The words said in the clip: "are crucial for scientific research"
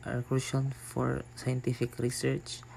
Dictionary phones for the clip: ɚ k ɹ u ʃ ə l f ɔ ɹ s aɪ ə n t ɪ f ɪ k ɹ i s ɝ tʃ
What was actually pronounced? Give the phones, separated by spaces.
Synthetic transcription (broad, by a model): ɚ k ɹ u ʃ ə n f ɔ ɹ s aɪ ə n t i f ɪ k ɹ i s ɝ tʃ